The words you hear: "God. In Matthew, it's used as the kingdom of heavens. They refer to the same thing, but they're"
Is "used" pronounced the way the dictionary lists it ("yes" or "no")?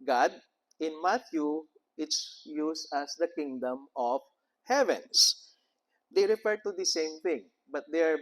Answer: no